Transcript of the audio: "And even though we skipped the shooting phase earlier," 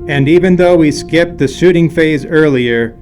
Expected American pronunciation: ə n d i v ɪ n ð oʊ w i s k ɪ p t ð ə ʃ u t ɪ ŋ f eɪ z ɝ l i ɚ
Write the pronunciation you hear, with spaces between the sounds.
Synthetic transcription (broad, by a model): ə n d i v ɪ n ð oʊ w i s k ɪ p t ð ə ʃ u t ɪ ŋ f eɪ z ɝ l i ɚ